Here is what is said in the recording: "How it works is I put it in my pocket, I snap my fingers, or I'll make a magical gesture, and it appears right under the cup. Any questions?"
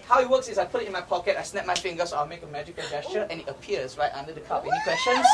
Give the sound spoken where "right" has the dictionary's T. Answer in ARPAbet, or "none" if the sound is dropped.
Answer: T